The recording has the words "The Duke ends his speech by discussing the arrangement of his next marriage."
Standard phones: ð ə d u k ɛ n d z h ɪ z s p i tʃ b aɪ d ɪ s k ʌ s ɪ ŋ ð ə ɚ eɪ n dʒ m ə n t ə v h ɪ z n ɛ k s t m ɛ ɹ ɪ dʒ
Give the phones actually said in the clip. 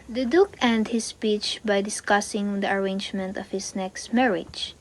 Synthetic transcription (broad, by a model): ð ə d u k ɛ n d h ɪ s p i tʃ b aɪ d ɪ s k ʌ s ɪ ŋ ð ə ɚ eɪ n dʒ m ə n t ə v h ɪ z n ɛ k s t m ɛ ɹ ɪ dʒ